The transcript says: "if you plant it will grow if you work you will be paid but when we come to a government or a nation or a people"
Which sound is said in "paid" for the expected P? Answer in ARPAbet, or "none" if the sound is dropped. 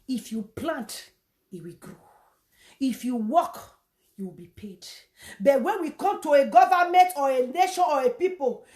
P